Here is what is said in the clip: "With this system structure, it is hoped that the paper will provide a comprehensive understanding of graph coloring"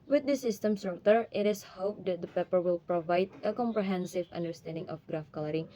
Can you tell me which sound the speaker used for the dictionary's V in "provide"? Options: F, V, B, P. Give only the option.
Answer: V